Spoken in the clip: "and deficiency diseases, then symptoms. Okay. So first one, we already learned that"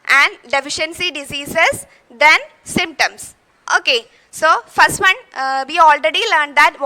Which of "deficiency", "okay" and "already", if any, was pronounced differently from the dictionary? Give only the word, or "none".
none